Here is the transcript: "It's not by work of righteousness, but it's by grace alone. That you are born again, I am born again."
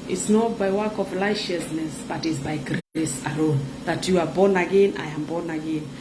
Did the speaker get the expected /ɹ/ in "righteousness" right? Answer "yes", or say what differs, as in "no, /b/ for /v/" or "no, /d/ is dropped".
no, /l/ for /ɹ/